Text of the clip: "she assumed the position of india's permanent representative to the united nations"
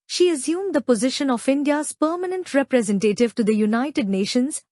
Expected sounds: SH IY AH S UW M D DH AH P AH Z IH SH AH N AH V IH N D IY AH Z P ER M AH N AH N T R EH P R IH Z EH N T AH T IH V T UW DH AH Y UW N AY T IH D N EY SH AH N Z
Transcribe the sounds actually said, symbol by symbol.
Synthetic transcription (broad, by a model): SH IY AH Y UW M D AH P AH Z IH SH AH N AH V IH N D IY AH Z P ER M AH N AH N T R EH P R IH Z EH N T AH T IH V T UW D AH Y UW N AY T IH D N EY SH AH N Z